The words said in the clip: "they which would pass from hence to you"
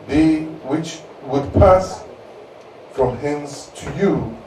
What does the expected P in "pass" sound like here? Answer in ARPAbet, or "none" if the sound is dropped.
P